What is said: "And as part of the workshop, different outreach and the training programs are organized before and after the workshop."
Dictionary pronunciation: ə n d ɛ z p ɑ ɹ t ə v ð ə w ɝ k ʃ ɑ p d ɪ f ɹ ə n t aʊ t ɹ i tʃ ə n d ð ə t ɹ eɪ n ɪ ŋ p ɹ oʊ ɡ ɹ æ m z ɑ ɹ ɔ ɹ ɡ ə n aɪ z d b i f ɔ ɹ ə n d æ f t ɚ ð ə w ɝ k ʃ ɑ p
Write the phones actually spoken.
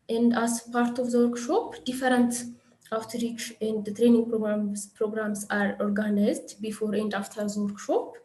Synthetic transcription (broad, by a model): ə n d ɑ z p ɑ ɹ t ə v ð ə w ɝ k ʃ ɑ p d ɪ f ɹ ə n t aʊ t ɹ i tʃ ə n d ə t ɹ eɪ n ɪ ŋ p ɹ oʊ ɡ ɹ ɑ m s ɑ ɹ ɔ ɹ ɡ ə n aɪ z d b i f ɔ ɹ ə n d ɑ f t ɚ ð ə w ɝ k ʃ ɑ p